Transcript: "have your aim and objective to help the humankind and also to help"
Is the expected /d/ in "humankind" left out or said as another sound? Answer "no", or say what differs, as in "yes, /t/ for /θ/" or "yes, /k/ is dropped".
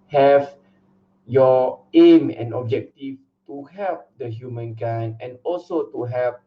yes, /d/ is dropped